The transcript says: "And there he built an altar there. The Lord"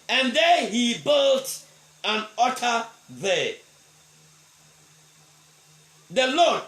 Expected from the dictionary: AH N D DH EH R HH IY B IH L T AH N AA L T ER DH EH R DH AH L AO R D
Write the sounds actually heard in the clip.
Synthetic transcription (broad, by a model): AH N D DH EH HH IY B IH L T AH N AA T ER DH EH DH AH L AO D